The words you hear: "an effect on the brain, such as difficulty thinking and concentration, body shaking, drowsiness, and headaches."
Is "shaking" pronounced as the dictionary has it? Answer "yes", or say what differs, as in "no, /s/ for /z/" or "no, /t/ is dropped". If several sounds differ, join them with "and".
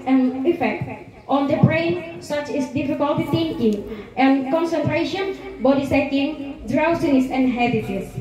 no, /s/ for /ʃ/